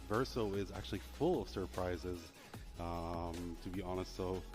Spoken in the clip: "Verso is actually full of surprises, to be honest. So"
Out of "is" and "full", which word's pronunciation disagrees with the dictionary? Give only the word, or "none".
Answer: none